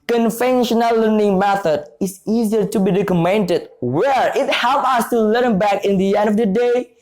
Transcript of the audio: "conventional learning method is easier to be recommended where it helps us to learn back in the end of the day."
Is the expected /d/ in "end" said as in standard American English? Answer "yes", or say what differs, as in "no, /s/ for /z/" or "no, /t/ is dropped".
yes